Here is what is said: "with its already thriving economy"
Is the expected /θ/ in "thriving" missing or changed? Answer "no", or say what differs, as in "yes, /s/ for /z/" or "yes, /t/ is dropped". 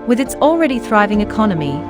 no